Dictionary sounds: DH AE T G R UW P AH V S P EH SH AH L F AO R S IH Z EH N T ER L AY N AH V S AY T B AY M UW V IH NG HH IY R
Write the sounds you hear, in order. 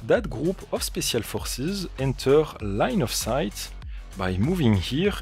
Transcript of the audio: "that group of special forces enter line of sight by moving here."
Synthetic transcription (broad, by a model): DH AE T G R UW P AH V S P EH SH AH L F AO R S IH Z EH N T ER L AY N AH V S AY T B AY M UW V IH NG HH IY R